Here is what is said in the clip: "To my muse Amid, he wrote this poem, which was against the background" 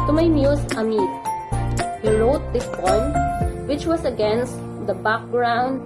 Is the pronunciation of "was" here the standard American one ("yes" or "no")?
no